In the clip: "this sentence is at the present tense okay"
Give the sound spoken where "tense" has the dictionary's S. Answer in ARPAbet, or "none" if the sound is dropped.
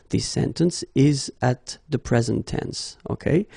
S